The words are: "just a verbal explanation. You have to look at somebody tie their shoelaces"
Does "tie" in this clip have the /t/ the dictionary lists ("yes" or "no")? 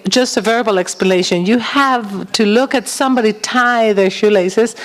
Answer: yes